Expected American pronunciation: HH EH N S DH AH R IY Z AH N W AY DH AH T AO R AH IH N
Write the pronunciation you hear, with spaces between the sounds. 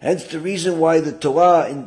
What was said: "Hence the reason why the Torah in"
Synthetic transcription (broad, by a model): HH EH N S DH AH R IY Z AH N W AY DH AH T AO AH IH N